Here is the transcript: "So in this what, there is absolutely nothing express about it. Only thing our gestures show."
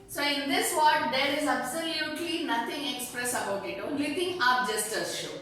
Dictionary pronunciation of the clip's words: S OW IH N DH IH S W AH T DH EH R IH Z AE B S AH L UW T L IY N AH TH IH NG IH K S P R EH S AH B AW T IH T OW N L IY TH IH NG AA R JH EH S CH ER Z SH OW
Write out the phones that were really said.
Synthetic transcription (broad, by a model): S OW IH N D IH S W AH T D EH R IH Z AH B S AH L UW T L IY N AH T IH NG IH K S P R EH S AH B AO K IH T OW L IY T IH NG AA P JH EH S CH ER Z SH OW